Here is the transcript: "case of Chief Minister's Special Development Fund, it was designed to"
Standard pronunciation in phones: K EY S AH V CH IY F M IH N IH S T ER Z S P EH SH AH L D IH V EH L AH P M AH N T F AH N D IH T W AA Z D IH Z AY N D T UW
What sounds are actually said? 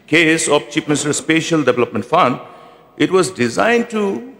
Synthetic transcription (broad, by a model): K EY S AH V CH IY P M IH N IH S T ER S P EH SH AH L D IH V EH L AH P M AH N T F AH N D IH T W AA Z D IH Z AY N D T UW